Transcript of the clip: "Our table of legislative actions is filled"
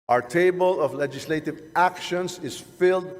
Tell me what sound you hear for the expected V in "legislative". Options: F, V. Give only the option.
V